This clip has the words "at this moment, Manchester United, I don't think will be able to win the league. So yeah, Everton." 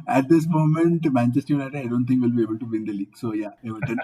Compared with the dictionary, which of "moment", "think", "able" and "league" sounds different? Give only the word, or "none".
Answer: think